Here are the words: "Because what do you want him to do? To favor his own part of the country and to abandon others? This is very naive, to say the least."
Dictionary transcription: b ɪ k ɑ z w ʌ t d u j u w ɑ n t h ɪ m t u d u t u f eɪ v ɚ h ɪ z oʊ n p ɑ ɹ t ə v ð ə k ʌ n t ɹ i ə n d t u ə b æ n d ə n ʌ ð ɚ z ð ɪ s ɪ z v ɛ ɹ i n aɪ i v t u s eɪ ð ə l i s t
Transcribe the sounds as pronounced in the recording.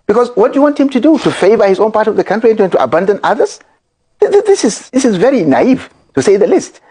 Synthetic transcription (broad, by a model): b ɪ k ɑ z w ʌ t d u j u w ɑ n t h ɪ m t u d u t u f eɪ v ɚ h ɪ z oʊ n p ɑ ɹ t ə v ð ə k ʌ n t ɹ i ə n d t u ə b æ n d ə n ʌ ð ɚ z ð ɪ s ɪ z v ɛ ɹ i n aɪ i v t u s eɪ ð ə l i s t